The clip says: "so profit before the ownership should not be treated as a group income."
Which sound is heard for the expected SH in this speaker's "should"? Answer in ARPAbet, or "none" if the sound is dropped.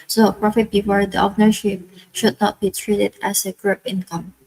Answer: SH